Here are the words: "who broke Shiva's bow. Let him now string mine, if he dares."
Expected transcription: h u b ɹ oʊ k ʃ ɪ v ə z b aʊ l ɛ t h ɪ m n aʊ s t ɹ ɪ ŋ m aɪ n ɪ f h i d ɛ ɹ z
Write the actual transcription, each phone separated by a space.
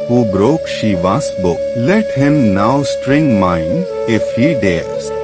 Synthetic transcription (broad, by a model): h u b ɹ oʊ k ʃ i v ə s b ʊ l ɛ t h ɪ m n aʊ s t ɹ ɪ ŋ m aɪ n ɪ f h i d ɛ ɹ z